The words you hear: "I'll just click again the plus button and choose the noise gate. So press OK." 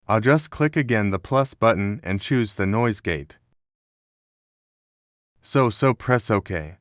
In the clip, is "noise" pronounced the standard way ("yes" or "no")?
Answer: yes